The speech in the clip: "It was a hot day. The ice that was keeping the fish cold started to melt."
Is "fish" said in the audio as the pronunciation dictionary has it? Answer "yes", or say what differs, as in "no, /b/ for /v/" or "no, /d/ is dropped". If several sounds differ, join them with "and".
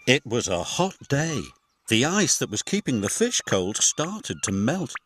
yes